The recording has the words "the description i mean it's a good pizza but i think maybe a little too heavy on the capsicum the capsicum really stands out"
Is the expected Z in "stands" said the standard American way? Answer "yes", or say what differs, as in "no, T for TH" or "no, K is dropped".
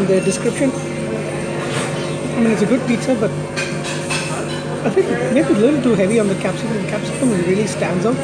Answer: yes